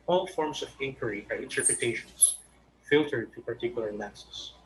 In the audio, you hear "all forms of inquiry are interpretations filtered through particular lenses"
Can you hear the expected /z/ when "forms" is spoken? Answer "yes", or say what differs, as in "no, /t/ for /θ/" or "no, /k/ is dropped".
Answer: no, /s/ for /z/